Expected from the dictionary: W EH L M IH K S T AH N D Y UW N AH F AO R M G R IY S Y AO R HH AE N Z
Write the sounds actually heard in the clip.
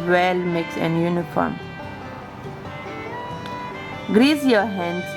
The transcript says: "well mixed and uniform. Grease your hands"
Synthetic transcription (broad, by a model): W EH L M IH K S AH N Y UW N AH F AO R M G R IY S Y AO HH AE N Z